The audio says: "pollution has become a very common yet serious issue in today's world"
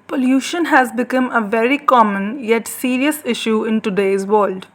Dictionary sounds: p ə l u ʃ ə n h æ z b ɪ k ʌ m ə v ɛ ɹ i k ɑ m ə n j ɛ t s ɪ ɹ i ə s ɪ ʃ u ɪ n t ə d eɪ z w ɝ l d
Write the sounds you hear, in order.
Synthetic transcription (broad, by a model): p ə l u ʃ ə n h æ z b ɪ k ʌ m ə v ɛ ɹ i k ɑ m ə n j ɛ t s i ɹ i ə s ɪ ʃ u ɪ n t ə d eɪ z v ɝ l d